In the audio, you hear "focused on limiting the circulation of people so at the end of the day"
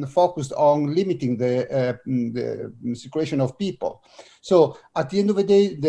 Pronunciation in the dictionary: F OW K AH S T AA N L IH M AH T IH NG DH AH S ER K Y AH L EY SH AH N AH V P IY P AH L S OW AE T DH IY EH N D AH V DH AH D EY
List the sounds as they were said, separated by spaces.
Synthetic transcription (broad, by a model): F OW K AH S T AA N L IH M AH T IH NG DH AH S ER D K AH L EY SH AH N AH V P IY P AH L S OW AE T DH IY EH N D AH V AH D EY